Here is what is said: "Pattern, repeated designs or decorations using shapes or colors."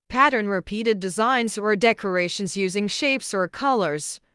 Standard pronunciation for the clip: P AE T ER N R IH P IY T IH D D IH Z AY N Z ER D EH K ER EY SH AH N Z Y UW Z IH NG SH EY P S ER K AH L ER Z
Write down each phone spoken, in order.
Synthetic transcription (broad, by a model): P AE T ER N R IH P IY T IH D D IH Z AY N Z ER D EH K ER EY SH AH N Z Y UW Z IH NG SH EY P S ER K AH L ER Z